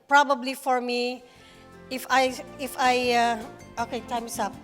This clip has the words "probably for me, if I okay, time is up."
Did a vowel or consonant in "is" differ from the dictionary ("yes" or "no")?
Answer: yes